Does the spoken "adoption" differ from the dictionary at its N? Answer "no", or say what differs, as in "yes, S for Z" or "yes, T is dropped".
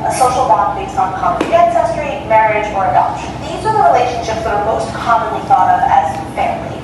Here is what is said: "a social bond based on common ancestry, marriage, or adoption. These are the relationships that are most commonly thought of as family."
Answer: yes, L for N